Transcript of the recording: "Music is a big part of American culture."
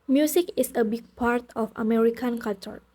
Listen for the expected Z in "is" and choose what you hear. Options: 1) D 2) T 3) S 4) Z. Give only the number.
3